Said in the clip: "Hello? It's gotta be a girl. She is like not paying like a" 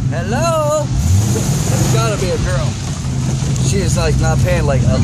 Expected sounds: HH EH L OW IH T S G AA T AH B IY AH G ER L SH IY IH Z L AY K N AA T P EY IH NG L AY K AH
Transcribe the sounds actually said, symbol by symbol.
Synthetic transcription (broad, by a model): HH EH L OW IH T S G AA T AH B IY AH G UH N SH IY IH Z L AY K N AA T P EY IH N L AY K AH